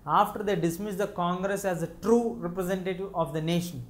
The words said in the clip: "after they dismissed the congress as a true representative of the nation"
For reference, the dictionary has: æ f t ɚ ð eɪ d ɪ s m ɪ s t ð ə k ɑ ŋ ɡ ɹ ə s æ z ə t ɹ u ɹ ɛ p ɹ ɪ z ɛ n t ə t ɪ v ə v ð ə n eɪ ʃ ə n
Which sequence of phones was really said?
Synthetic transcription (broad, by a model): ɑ f t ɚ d eɪ d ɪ s m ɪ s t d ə k ɑ ŋ ɡ ɹ ə s æ z ə t ɹ u ɹ ɛ p ɹ ɪ z ɛ n t ə t ɪ v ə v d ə n eɪ ʃ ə n